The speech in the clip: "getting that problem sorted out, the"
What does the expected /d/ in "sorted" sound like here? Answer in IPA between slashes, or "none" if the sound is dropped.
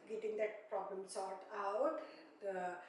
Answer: none